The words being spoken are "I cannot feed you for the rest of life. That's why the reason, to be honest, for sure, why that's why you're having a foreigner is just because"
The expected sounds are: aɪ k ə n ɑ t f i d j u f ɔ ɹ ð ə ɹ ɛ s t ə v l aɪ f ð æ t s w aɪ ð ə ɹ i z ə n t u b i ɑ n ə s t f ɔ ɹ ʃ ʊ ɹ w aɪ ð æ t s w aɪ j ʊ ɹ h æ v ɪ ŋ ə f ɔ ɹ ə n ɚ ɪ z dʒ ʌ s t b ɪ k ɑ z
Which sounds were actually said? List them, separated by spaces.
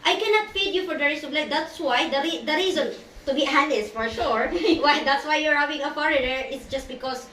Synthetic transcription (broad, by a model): aɪ k ə n ɑ t f i d j u f ɔ ɹ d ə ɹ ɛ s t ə b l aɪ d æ t s w aɪ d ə ɹ i z ə n t u b i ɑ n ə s f ɔ ɹ ʃ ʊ ɹ w aɪ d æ t s w aɪ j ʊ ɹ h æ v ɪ ŋ ə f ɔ ɹ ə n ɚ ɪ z dʒ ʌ s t b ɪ k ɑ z